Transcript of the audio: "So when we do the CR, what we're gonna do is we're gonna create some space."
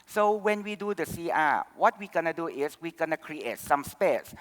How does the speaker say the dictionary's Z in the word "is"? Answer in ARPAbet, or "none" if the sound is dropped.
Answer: S